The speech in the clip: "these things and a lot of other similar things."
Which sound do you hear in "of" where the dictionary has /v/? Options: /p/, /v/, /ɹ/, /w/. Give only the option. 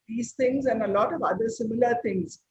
/v/